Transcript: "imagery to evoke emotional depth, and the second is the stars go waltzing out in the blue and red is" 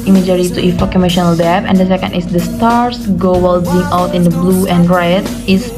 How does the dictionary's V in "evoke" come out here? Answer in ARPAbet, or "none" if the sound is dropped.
F